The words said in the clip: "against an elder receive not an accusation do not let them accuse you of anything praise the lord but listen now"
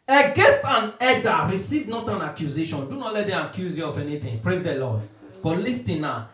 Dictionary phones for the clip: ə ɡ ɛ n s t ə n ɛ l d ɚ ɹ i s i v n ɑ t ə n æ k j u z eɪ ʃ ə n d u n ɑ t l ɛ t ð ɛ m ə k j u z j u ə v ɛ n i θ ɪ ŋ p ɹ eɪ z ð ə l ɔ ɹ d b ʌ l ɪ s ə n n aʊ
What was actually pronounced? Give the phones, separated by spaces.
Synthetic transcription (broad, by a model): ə ɡ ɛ n s t ə n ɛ d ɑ ɹ i s i v n ɑ t ə n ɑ k j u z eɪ ʃ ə n d u n ɑ t l ɛ t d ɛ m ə k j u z j u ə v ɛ n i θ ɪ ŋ p ɹ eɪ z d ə l ɔ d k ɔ l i s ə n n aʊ